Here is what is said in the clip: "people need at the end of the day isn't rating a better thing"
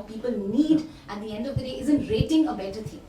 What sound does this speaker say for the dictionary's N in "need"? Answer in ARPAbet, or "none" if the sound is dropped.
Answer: N